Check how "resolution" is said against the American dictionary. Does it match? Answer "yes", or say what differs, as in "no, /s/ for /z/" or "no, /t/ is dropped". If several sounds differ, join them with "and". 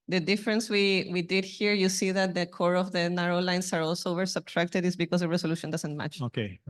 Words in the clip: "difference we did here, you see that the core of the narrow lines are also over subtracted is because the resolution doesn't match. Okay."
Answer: no, /s/ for /z/